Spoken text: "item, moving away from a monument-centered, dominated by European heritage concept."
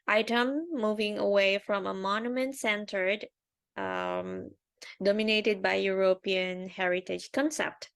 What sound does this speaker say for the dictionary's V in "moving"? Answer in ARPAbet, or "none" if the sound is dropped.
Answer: V